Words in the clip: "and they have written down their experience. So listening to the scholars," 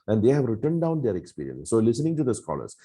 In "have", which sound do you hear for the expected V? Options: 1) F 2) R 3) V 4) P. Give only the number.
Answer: 3